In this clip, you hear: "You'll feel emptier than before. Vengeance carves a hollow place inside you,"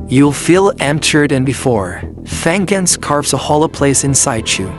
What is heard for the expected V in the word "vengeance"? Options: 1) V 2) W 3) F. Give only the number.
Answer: 3